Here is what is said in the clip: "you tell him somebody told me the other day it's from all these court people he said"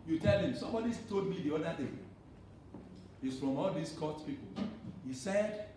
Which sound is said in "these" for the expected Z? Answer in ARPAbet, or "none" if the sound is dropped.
S